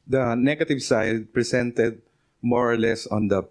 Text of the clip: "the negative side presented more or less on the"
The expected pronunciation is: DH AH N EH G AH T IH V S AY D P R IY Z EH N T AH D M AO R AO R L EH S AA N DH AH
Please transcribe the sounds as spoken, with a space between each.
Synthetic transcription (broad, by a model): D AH N EH G AH T IH V S AY D P R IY S EH N T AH D M AO R AO R L EH S AA N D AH